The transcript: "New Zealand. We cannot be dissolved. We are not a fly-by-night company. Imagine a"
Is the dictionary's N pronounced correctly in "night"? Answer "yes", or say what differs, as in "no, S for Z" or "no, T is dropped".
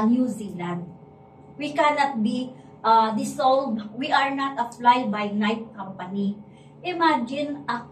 yes